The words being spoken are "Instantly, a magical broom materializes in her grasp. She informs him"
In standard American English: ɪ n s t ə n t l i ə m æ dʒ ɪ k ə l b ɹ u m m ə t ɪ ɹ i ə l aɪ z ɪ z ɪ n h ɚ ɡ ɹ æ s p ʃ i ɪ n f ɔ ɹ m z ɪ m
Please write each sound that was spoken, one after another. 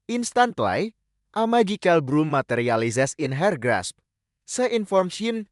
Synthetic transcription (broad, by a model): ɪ n s t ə n t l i ə m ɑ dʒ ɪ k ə l b ɹ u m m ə t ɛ ɹ i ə l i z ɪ s ɪ n h ɚ ɡ ɹ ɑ s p s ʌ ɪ n f ɔ ɹ m s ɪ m